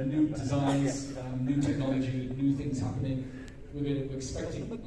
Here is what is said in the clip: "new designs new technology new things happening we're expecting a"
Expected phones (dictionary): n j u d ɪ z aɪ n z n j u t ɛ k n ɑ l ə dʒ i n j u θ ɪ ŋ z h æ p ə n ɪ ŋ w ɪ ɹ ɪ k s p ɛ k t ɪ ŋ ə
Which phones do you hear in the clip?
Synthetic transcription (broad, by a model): n j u d ɪ z aɪ n z n j u t ɛ k n ɑ l ə dʒ i n j u θ ɪ ŋ z h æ p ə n ɪ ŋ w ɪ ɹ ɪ k s p ɛ k t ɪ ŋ